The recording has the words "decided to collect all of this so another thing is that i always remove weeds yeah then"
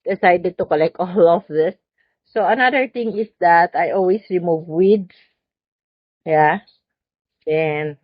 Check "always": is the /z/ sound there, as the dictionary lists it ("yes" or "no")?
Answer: no